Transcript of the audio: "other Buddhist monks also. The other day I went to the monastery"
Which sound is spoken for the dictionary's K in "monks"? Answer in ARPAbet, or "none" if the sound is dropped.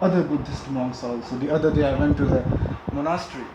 none